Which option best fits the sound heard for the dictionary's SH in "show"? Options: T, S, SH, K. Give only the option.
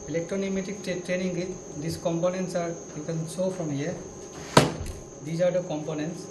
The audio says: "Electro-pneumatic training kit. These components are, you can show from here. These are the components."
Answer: S